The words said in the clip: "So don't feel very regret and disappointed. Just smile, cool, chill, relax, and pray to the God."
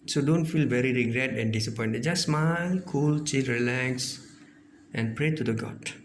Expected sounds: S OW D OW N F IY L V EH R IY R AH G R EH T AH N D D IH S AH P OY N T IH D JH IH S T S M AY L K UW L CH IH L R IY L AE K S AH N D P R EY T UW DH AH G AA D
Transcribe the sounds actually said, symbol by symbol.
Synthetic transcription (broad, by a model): S OW D OW N F IY L V EH R IY R AH G R EH T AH N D D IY S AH P OY N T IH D JH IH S S M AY N K UW L CH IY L R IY L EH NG S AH N P R EY T UW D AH G AA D